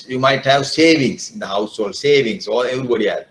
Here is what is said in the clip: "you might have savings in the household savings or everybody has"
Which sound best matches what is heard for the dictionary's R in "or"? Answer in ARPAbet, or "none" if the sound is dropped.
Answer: L